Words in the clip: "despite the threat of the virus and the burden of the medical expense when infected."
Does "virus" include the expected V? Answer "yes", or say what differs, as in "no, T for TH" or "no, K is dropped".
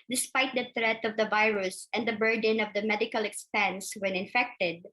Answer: yes